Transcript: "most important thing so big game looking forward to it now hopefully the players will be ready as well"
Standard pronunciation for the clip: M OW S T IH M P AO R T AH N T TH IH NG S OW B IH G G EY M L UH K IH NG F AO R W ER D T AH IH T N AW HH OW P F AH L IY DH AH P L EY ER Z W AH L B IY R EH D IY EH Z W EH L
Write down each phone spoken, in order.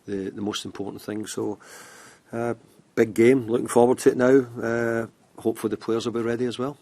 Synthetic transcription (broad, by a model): M OW S T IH M P AO R T N TH IH NG S OW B IH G G EY M L UH K IH NG F AO R W ER D T AH IH T N AW HH OW P F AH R DH AH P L EY ER Z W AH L B IY R EH D IY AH Z W EH L